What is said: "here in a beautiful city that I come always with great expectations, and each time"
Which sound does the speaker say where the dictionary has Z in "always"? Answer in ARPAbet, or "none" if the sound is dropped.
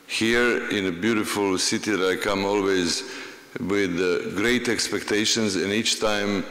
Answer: Z